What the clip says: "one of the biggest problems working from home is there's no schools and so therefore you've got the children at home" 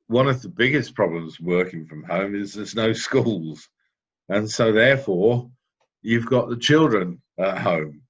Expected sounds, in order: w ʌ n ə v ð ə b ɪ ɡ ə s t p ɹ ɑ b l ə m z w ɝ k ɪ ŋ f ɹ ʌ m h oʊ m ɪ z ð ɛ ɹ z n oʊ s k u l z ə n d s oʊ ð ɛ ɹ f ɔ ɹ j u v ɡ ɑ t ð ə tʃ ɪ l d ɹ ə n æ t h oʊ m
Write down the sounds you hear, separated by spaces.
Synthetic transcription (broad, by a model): w ʌ n ə v ð ə b ɪ ɡ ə s p ɹ ɑ b l ə m z w ɝ k ɪ ŋ f ɹ ʌ m h oʊ m ɪ z ð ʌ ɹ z n oʊ s k u l z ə n s oʊ ð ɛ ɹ f ɔ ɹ j u v ɡ ɑ t ð ə tʃ ɪ l d ɹ ə n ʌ t h oʊ m